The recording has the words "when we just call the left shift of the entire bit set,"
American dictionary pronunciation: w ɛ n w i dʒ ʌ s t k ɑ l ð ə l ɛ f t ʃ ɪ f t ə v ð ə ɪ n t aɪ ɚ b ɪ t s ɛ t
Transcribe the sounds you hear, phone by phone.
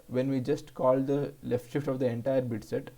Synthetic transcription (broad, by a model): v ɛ n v i dʒ ʌ s t k ɑ l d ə l ɛ f t ʃ ɪ f t ə v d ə ɪ n t aɪ ɚ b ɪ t s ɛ t